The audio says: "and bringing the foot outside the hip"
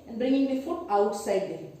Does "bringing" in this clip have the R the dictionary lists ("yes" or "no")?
yes